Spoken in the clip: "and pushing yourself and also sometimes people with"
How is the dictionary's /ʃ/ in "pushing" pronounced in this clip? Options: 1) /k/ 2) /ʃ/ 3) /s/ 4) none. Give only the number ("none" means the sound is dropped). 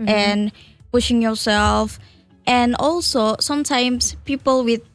2